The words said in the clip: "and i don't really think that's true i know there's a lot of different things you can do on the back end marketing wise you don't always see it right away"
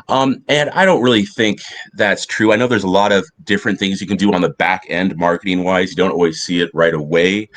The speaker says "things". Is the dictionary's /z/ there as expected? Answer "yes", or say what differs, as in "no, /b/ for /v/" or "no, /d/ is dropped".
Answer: yes